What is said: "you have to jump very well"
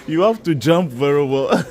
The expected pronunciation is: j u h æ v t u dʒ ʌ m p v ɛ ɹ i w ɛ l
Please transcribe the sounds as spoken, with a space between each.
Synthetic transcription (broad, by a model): j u h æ f t u dʒ ʌ m p v ɛ ɹ i w ɛ l